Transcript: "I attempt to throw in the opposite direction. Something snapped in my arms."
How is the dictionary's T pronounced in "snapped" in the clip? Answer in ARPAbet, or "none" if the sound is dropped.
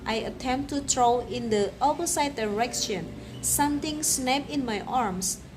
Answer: none